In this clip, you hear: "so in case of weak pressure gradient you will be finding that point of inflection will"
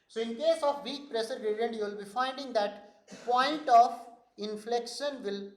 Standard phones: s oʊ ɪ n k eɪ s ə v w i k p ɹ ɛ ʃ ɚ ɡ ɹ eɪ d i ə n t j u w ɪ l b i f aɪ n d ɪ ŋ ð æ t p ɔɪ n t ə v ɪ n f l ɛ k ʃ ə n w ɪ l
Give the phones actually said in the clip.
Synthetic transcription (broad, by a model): s oʊ ɪ n k eɪ s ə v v i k p ɹ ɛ s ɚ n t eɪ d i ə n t j u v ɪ l b i f aɪ n d ɪ ŋ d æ t p ɔɪ n t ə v ɪ n f l ɛ k ʃ ə n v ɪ l